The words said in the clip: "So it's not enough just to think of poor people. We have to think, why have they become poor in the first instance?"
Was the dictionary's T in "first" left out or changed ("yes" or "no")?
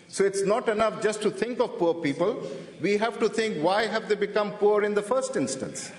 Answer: no